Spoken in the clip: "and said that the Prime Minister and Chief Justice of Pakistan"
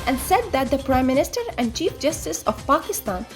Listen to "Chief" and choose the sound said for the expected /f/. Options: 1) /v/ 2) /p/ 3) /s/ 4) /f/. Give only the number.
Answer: 4